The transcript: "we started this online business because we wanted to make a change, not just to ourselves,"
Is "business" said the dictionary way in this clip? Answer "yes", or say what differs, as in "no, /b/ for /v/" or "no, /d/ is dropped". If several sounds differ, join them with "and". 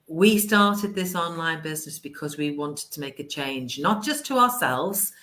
yes